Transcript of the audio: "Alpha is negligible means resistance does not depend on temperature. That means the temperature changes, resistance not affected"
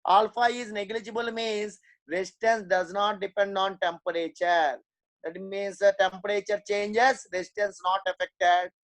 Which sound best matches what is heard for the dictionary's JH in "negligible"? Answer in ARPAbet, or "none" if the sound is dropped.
JH